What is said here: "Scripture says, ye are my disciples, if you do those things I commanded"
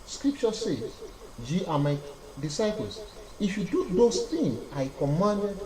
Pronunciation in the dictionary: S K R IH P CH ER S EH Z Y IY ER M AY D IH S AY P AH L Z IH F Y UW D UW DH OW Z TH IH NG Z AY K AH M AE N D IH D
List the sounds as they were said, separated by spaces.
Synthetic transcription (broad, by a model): S K R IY P CH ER S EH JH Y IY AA M AY D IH S AY P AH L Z IH F Y UW D UW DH OW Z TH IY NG AY K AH M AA N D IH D